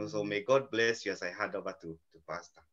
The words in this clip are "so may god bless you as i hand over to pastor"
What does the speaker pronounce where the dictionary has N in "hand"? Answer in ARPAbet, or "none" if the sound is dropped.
none